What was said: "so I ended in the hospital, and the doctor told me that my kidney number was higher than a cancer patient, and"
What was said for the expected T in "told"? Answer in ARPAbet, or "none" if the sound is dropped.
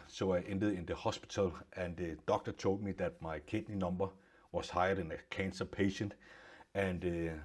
S